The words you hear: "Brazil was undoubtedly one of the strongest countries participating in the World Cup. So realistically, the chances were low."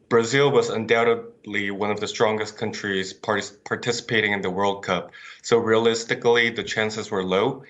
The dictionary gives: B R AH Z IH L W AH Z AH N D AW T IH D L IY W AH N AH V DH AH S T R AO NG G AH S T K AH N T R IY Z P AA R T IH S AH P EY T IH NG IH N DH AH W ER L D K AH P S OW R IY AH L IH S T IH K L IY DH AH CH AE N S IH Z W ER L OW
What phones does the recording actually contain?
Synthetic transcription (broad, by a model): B R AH Z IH L W AH Z AH N D AW T IH D L IY W AH N AH V DH AH S T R AO NG G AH S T K AH N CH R IY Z P AA R T IH S AH P EY T IH NG IH N DH AH W ER L D K AH P S OW R IY AH L IH S T IH K L IY DH AH CH AE N S IH Z W ER L OW